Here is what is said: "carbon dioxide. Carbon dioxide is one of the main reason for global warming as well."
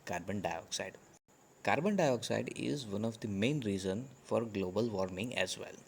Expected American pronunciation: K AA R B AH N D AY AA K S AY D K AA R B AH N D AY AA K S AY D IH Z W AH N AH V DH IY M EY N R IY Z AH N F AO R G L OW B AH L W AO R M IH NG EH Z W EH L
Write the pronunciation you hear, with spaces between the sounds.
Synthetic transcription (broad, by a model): K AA R B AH N D AY AA K S AY D K AA R B AH N D AY AA K S AY D IH Z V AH N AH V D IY M EY N R IY Z AH N F AO R G L OW B AH L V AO R M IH NG EH Z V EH L